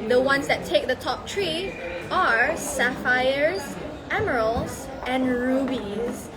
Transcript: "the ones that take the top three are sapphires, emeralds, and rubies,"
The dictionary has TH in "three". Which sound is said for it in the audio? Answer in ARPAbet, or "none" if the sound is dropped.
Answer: T